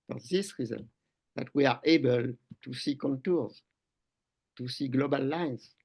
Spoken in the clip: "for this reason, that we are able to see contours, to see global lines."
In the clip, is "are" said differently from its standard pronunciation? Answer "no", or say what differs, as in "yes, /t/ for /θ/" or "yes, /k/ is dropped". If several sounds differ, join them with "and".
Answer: no